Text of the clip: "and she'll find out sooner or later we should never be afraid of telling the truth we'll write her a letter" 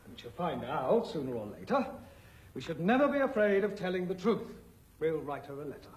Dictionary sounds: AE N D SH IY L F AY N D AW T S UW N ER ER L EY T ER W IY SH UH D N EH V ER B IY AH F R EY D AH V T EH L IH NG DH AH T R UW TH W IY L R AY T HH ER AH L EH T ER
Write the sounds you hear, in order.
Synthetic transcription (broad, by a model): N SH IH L F AY N D AW T S UW N ER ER L EY T ER W IY SH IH D N EH V ER B IY AH F R EY D AH V T EH L IH NG DH AH T R UW TH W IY L R AY T HH ER AH L EH T ER